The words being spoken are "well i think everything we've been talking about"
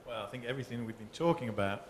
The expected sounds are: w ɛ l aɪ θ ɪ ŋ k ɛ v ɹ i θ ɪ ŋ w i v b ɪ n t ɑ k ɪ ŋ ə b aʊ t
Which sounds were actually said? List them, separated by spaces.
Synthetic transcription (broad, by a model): w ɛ l aɪ θ ɪ ŋ k ɛ v ɹ i θ ɪ ŋ w i v b ɪ n t ɑ k ɪ ŋ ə b aʊ t